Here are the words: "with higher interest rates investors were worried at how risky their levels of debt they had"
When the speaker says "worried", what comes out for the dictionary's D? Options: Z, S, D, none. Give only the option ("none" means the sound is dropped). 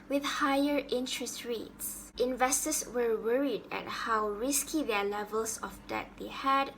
D